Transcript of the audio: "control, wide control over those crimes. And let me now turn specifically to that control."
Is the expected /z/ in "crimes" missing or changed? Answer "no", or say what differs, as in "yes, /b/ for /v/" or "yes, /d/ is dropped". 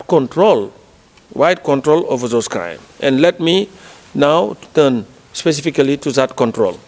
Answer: yes, /z/ is dropped